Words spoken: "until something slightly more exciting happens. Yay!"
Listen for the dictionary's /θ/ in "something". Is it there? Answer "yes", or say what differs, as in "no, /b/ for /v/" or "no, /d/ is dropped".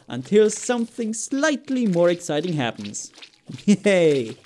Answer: yes